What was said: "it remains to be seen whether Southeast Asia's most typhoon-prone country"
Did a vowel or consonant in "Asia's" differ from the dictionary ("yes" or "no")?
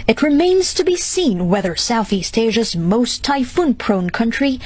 no